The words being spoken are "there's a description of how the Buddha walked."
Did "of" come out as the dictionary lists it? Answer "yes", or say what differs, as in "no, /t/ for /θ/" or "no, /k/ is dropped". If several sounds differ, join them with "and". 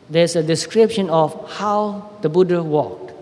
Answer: no, /f/ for /v/